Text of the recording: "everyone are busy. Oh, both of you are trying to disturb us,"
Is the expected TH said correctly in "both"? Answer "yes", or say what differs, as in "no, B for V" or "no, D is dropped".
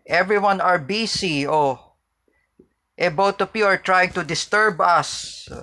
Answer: no, T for TH